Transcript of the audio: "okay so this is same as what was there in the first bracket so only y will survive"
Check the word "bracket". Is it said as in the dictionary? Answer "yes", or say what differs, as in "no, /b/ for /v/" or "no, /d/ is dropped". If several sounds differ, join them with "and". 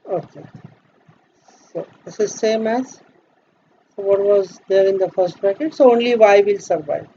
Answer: no, /ɹ/ is dropped